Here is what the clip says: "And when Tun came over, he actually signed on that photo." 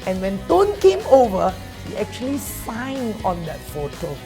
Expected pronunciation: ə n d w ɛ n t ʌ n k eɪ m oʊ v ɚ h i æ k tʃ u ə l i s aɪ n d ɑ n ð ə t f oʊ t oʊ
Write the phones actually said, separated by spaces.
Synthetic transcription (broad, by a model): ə n w ɛ n t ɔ n k eɪ m oʊ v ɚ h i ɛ k tʃ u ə l i s aɪ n ɑ n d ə t f oʊ t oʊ